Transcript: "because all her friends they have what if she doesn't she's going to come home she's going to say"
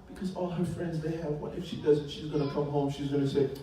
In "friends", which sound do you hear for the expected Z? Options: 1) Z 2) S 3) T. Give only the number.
1